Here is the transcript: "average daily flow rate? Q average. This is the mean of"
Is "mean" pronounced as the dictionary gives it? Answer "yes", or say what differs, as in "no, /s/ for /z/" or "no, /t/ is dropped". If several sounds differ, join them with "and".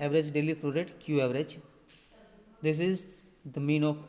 yes